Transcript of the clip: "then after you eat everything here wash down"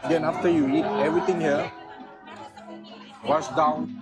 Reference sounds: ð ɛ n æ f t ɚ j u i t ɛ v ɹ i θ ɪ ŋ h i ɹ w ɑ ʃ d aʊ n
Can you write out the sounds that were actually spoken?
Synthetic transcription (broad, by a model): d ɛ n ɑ f t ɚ j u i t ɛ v ɹ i t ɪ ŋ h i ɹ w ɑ s d aʊ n